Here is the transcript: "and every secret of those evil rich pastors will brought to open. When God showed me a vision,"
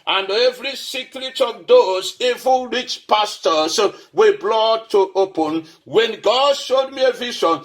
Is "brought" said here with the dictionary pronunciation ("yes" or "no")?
no